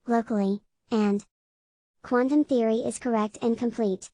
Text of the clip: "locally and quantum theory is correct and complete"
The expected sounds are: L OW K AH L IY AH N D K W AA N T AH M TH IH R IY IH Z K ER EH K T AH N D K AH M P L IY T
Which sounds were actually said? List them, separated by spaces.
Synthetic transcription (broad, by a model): L OW K L IY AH N K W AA N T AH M TH IH R IY IH Z K ER EH K T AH N K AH M P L IY T